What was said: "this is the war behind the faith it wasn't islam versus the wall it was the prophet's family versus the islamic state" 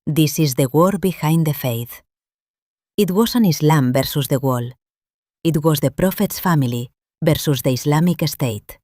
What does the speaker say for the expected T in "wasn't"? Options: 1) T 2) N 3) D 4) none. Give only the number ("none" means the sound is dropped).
4